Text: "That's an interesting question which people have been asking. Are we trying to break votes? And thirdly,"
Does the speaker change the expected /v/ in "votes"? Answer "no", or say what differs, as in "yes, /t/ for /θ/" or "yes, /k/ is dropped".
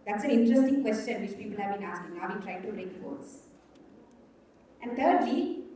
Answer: yes, /f/ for /v/